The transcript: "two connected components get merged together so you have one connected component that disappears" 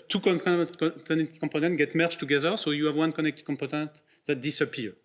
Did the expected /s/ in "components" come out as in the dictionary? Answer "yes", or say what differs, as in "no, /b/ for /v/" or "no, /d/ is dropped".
no, /s/ is dropped